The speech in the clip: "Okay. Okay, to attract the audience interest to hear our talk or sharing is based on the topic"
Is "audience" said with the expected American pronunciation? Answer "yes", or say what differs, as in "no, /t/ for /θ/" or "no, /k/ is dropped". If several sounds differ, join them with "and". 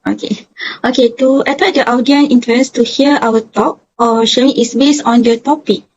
no, /s/ is dropped